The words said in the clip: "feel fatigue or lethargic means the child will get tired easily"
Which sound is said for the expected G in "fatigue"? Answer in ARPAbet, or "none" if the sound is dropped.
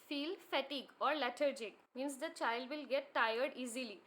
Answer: G